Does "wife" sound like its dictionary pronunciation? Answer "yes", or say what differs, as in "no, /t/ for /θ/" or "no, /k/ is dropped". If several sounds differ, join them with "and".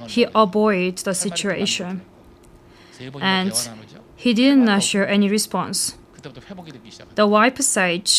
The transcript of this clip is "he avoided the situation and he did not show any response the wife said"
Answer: no, /p/ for /f/